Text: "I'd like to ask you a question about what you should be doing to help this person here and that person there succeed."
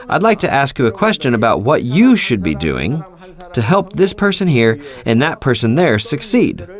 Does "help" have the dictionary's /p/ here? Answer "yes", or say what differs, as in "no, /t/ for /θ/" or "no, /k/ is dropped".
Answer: yes